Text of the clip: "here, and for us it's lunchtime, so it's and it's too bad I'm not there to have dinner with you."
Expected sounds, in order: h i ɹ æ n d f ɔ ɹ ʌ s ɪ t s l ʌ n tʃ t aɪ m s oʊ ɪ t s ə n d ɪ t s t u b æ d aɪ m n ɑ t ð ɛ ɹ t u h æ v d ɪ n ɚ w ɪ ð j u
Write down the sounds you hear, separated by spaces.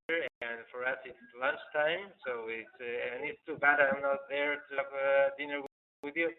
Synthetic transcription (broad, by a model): ɹ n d f ɔ ɹ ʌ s ɪ t s l ʌ n tʃ t aɪ m s oʊ ɪ t s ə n ɪ t s t u b æ d aɪ m n ɑ t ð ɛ ɹ t u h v d ɪ n ɚ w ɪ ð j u